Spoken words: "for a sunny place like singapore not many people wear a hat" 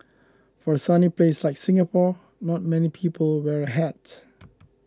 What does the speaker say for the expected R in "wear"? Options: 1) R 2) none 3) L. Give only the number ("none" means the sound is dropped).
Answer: 1